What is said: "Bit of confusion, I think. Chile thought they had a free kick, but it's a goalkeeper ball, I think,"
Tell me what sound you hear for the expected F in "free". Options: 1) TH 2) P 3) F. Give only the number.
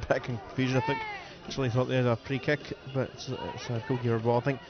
2